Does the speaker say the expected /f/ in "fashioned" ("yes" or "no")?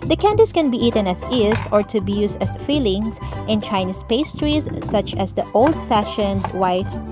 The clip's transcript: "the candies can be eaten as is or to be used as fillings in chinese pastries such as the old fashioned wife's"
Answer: yes